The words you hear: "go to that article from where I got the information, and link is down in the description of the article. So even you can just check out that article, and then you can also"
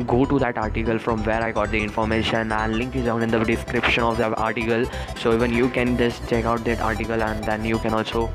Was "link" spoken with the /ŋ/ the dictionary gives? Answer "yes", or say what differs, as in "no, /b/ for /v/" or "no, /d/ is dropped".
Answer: yes